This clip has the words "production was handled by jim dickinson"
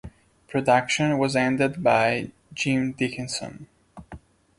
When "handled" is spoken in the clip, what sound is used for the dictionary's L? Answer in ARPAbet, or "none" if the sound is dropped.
none